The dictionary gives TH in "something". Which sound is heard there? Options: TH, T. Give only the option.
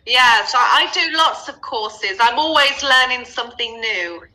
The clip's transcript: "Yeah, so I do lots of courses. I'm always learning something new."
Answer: TH